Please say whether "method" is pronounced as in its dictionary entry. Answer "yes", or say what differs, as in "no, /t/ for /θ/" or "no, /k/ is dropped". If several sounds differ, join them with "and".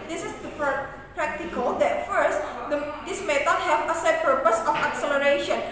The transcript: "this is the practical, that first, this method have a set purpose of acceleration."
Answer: no, /t/ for /θ/